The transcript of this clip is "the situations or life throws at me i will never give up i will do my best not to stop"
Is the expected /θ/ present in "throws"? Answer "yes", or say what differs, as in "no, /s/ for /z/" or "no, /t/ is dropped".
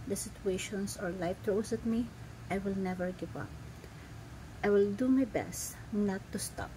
no, /t/ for /θ/